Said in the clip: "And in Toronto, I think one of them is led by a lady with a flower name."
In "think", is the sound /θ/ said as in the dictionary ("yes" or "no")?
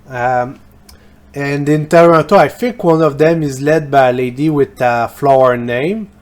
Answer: no